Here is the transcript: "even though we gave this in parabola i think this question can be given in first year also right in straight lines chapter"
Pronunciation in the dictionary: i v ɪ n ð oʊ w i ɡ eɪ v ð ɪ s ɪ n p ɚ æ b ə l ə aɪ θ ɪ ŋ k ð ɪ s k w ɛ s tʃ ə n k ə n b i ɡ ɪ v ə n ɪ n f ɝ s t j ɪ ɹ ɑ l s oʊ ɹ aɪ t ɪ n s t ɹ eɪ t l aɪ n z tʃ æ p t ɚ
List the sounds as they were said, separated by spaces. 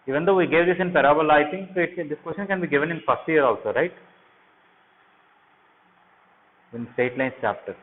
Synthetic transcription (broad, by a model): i v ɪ n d oʊ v i ɡ eɪ v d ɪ s ɪ n p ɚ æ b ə l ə aɪ t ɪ ŋ k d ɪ s k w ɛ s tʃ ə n k ə n b i ɡ ɪ v ə n ɪ n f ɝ s t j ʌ ɹ ɑ l s oʊ ɹ aɪ t ɪ n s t eɪ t l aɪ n s tʃ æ p t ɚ